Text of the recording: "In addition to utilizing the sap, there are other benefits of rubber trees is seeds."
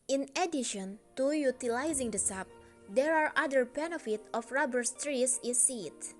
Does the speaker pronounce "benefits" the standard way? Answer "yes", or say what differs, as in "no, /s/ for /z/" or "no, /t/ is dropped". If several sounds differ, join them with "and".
no, /s/ is dropped